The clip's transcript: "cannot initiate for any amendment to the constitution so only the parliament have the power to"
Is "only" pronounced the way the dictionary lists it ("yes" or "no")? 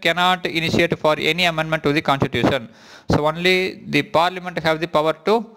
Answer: yes